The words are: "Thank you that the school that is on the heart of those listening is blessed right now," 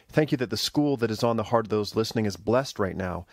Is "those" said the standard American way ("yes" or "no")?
yes